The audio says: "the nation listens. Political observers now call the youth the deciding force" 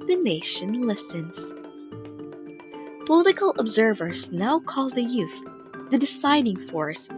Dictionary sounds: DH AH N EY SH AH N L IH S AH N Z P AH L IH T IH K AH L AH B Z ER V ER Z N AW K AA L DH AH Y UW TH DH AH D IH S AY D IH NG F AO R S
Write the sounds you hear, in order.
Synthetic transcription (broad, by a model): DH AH N EY SH AH N L IH S AH N Z P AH L IH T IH K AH L AH B Z ER V ER Z N AW K AA L DH AH Y UW TH DH AH D IH S AY D IH NG F AO R S